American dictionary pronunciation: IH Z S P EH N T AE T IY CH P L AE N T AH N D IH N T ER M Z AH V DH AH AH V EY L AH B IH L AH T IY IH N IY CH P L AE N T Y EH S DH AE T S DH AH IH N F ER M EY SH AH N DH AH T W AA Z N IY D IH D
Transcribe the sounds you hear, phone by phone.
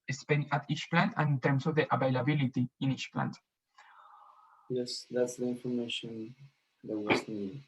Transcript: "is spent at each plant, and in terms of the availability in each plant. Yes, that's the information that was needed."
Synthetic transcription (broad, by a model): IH S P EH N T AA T IY CH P L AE N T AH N IH N T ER M S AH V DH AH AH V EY L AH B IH L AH T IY IH N IY CH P L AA N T Y EH S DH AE T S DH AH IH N F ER M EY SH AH N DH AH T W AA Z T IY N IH